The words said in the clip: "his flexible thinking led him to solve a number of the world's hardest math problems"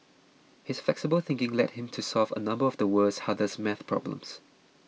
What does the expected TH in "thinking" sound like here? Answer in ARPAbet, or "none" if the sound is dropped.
TH